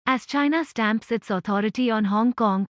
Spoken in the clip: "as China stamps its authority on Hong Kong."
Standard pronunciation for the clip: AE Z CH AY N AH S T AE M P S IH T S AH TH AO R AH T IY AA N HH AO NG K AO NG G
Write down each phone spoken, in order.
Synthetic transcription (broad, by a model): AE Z CH AY N AH S T AE M P S IH T S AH T AO R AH T IY AA N HH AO NG K AO NG G